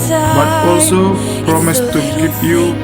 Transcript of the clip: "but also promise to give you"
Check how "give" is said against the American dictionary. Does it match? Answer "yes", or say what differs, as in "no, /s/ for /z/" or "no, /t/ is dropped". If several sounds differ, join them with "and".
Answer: no, /p/ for /v/